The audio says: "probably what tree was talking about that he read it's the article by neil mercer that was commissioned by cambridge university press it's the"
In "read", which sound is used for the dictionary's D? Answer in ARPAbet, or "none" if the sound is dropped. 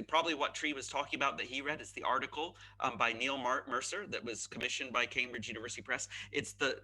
D